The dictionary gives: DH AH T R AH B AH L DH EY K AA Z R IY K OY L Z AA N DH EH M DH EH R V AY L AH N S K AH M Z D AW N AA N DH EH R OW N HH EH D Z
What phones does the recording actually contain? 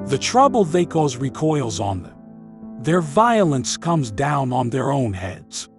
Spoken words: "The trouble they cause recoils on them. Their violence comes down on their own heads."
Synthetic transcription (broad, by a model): DH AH T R AH B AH L DH EY K AA Z R IY K OY L Z N DH EH M DH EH R V AY L AH N S K AH M Z D AW N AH N DH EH R OW N HH EH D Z